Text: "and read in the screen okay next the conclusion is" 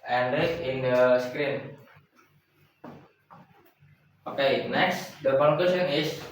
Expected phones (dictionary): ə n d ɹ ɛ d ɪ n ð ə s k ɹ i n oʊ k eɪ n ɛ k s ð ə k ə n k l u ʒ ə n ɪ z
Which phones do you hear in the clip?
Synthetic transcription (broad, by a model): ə n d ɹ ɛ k ɪ n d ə s k ɹ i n oʊ k eɪ n ɛ k s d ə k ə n k w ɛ s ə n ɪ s